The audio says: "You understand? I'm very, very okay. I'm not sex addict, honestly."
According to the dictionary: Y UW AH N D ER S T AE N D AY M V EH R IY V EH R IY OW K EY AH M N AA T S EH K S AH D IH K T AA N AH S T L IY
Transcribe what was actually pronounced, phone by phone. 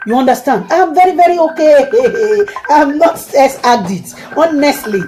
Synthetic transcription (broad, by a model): Y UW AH N D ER S T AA N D AY M V EH R IY V EH R IY OW K EY AH M N AA T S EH S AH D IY T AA N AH S T L IY